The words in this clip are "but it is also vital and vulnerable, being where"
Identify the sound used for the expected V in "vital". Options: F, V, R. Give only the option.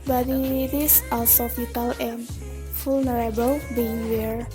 F